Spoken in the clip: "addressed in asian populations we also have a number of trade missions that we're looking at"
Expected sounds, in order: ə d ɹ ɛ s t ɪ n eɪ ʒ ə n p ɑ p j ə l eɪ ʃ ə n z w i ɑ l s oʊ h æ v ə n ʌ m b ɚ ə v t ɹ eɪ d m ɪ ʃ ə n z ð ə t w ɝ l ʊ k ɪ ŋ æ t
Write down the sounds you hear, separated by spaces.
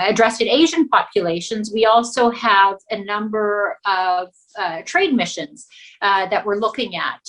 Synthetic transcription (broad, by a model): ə d ɹ ɛ s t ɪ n eɪ ʒ ə n p ɑ p j ə l eɪ ʃ ə n z w i ɑ l s oʊ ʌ v ə n ʌ m b ɚ ə v t ɹ eɪ d m ɪ ʃ ə n z ð ə t w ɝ l ʊ k ɪ ŋ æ t